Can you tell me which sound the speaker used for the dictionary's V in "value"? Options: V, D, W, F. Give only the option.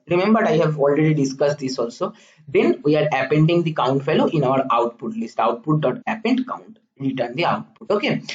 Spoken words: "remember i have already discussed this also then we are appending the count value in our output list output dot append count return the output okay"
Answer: F